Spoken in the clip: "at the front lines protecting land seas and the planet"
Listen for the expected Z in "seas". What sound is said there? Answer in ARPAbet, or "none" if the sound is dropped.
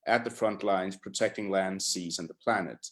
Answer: Z